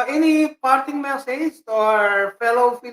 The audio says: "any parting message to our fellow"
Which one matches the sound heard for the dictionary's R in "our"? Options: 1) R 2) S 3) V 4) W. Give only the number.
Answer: 1